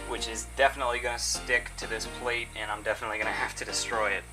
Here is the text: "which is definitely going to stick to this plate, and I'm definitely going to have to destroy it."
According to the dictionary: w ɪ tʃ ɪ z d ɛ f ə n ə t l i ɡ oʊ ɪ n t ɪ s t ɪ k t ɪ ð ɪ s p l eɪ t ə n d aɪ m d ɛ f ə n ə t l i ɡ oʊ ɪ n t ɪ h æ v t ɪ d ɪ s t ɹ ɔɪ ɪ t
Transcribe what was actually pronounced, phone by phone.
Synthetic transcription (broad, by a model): w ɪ tʃ ɪ z d ɛ f ə n ə t l i ɡ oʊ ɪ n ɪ s t ɪ k t ɪ ð ɪ s p l eɪ t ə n aɪ m d ɛ f ə n ə t l i ɡ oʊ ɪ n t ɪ h æ f t ɪ d ɪ s t ɹ ɔɪ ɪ t